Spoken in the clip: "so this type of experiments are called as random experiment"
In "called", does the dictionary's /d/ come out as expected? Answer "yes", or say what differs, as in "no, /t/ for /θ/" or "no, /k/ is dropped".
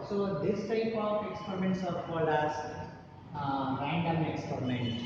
no, /d/ is dropped